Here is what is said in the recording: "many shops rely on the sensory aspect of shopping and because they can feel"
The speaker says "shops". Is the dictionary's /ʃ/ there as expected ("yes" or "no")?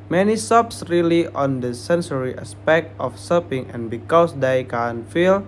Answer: no